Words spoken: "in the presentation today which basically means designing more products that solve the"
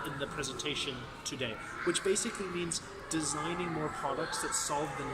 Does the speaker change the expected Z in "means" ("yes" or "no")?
no